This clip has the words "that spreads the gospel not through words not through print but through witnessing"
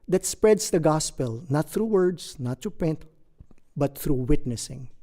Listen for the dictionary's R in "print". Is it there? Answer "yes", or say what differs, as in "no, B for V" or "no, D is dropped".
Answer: no, R is dropped